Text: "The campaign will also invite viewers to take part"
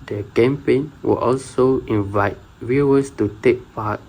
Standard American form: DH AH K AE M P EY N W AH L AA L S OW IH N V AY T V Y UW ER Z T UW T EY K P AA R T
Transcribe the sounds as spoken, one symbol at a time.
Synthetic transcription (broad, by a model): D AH K AE M P EY N W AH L AA L S OW IH N V AY T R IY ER S T UW T EY K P AA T